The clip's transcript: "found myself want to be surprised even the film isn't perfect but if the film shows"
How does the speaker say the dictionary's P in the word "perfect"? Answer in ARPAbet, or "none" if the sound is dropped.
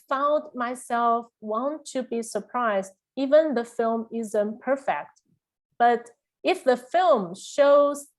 P